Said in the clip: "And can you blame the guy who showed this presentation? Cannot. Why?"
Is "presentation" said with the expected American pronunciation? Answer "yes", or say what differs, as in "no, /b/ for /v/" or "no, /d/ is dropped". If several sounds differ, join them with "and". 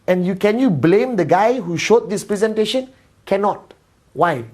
yes